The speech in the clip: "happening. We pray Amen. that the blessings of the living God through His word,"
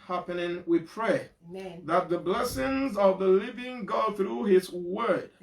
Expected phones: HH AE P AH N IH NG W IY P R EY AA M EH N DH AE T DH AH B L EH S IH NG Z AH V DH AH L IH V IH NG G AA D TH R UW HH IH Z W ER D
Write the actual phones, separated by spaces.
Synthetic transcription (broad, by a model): HH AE P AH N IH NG W IY P R EY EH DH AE T DH AH B L EH S IH NG Z AH V DH AH L IH V IH NG G AA D TH R UW HH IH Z W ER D